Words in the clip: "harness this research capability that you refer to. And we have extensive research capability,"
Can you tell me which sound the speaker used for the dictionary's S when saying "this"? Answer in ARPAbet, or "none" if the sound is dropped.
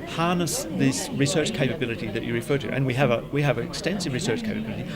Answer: S